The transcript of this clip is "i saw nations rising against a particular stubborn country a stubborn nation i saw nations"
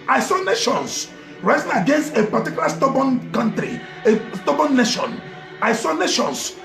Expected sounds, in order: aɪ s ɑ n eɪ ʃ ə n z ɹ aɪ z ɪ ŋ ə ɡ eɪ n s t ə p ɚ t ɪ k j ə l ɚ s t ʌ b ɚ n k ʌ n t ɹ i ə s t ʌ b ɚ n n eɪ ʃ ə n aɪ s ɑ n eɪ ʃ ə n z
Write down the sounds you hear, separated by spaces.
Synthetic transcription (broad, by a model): aɪ s ɑ n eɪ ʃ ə n s ɹ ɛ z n ə ɡ eɪ n s t ə p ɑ t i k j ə l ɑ s t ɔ b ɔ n k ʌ n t ɹ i ə s t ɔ b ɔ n n eɪ ʃ ə n aɪ s ɑ n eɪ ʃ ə n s